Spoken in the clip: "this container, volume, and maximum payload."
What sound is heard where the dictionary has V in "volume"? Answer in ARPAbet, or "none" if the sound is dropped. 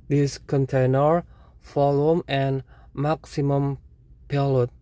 F